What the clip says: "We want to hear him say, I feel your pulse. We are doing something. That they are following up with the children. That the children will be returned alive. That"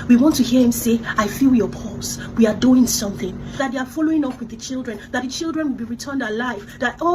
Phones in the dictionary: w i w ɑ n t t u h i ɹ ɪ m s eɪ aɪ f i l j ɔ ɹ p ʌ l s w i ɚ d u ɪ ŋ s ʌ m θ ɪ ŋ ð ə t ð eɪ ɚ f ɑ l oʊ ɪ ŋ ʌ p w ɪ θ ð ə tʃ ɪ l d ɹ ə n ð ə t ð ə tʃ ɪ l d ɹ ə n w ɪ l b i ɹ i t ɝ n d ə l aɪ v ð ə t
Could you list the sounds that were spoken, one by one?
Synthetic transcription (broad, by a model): w i w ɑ n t t u h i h ɪ m s eɪ aɪ f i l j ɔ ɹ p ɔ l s w i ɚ d u ɪ ŋ s ʌ m θ ɪ ŋ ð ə t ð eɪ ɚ f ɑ l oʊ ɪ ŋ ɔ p w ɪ ð ə tʃ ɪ l d ɹ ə n ð ə t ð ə tʃ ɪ l d ɹ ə n w ɪ l b i ɹ i t ɝ n d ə l aɪ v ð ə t